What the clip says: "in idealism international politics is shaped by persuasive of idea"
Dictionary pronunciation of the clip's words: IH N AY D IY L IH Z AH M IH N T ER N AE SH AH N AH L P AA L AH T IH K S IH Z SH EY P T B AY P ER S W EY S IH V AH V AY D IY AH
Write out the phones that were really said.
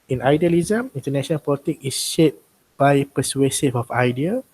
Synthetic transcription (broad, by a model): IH N AY D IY L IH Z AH M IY N T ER N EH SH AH N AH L P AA L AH T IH K IH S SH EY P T B AY P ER S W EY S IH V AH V AY D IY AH